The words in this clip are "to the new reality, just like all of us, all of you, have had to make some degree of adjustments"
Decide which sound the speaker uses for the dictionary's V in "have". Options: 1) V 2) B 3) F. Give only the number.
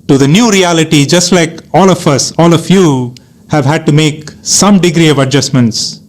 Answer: 1